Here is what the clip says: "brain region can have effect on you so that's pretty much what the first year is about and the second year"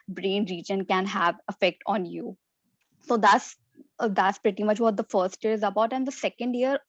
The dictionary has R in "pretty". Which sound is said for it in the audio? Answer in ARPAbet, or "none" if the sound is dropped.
R